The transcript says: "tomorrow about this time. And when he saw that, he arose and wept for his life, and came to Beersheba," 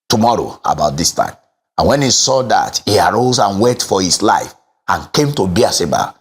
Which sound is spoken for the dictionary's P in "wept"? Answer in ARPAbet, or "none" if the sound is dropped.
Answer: none